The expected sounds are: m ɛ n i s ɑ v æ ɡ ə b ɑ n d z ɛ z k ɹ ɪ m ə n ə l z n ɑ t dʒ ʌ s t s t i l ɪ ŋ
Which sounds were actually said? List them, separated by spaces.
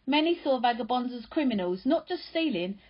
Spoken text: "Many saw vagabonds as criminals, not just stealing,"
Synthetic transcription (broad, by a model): m ɛ n i s ɑ v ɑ ɡ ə b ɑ n z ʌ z k ɹ ɪ m ə n ə l z n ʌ t dʒ ʌ s t s t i l ɪ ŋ